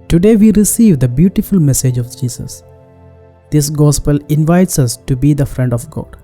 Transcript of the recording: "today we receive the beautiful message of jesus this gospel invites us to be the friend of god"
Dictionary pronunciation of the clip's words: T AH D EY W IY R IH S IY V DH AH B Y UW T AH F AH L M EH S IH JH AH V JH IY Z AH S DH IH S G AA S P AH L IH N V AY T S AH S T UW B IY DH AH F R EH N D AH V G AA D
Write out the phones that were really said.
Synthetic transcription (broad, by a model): T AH D EY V IY R IH S IY V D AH B Y UW T AH F AH L M EH S IH JH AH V JH IY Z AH S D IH S G AA S P AH L IH N V AY T S AH S T UW B IY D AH F R EH N D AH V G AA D